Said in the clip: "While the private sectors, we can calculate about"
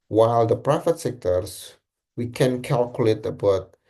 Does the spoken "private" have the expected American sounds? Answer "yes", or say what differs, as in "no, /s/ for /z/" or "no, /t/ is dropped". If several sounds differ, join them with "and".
no, /f/ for /v/